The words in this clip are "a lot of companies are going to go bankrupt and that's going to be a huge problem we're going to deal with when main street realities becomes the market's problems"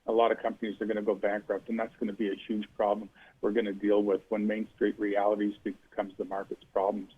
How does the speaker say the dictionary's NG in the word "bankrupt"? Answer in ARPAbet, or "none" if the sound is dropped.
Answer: NG